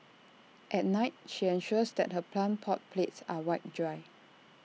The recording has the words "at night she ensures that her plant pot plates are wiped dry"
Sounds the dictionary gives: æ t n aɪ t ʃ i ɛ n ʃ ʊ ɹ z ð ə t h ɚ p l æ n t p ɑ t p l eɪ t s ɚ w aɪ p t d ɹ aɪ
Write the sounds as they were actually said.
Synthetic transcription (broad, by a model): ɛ t n aɪ t ʃ i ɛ n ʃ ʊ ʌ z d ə t h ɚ p l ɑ n p ɑ t p l eɪ t s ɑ w aɪ t d ɹ aɪ